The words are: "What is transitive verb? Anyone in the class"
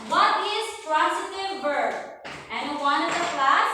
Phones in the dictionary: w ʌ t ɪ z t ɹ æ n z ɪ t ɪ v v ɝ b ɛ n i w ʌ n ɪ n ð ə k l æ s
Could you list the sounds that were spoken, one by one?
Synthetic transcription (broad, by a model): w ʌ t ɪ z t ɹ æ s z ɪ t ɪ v b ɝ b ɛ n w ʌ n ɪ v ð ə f l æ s